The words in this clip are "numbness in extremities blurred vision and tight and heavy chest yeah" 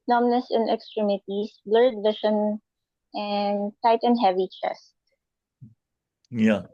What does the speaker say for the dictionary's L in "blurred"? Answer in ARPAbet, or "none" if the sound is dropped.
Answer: L